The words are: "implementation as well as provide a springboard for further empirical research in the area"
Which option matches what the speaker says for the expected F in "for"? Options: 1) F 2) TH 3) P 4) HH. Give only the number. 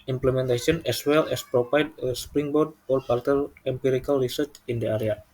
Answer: 3